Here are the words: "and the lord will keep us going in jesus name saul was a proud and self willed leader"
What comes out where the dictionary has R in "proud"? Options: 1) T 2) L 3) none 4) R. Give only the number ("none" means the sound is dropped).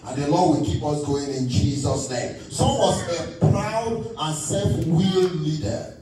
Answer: 4